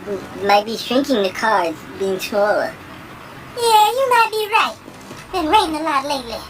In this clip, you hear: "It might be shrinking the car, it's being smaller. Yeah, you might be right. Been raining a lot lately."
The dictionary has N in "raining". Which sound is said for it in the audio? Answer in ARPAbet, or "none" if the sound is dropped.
none